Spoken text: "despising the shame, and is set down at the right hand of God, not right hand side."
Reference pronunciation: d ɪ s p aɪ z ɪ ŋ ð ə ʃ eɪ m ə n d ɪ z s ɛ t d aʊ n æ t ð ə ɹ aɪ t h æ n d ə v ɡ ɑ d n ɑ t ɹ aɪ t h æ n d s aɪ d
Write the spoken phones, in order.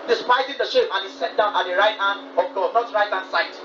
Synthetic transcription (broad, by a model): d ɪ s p aɪ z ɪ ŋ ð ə ʃ eɪ m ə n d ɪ s ɛ t d aʊ n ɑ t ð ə ɹ aɪ t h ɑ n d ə p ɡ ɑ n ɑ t ɹ aɪ t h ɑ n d s aɪ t